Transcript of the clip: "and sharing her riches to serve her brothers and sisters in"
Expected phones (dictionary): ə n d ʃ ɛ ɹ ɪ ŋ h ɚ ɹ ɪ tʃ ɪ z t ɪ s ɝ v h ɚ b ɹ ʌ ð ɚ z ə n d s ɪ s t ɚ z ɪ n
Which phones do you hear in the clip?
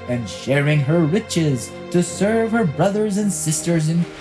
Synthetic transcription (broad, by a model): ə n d ʃ ɛ ɹ ɪ ŋ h ɚ w ɪ tʃ ɪ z t ɪ s ɝ v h ɚ b ɹ ʌ ð ɚ z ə n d s ɪ s t ɚ z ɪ n